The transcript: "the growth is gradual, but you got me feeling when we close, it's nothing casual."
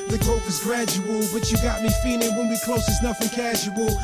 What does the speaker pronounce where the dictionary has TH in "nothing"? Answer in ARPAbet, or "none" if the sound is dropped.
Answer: F